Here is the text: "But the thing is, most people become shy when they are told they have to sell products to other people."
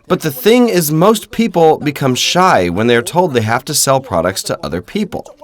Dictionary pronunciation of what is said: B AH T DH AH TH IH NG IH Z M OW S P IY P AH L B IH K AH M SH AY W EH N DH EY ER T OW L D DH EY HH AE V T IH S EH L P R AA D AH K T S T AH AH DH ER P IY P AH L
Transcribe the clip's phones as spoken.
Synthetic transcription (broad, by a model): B AH T DH AH TH IH NG IH Z M OW S P IY P L B IH K AH M SH AY W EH N DH EY ER T OW L D DH EY HH AE F T IH S EH L P R AA D AH K T S T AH AH DH ER P IY P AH L